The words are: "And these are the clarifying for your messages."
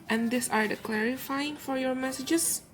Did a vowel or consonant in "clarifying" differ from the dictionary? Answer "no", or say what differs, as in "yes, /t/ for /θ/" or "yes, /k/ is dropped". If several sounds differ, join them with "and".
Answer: no